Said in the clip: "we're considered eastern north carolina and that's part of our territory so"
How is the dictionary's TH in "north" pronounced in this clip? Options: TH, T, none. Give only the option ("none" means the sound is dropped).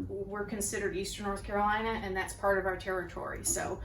TH